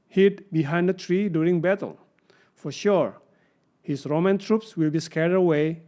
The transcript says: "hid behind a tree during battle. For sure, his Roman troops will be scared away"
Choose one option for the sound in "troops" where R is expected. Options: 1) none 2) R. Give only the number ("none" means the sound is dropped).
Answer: 2